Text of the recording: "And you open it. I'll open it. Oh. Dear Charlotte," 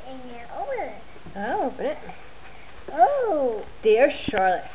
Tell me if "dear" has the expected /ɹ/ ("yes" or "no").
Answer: yes